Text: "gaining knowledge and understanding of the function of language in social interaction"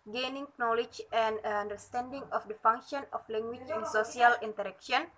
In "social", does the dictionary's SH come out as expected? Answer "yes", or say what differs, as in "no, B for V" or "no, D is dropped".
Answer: no, S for SH